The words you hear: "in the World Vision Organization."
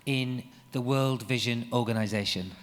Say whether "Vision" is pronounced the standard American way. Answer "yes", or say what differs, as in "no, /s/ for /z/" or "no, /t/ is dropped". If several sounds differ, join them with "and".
yes